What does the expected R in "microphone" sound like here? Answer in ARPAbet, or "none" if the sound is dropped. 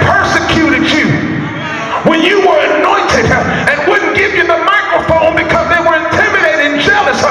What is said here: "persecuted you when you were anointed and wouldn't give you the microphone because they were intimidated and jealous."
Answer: R